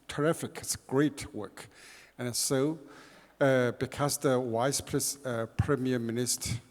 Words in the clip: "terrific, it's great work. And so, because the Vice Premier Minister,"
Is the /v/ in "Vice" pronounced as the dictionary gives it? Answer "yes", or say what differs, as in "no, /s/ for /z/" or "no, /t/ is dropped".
no, /w/ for /v/